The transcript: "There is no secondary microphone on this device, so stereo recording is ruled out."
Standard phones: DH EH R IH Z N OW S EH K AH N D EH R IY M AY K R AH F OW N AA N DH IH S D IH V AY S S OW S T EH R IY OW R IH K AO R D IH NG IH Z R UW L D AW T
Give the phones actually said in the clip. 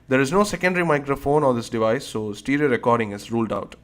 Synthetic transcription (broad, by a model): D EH R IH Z N OW S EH K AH N D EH R IY M AY K R AH F OW N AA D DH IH S D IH V AY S S OW S T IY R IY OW R IH K AO R D IH NG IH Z R UW L D AW T